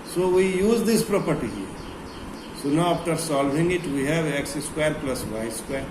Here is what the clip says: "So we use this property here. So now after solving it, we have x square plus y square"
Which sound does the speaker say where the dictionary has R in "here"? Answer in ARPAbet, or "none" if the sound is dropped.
R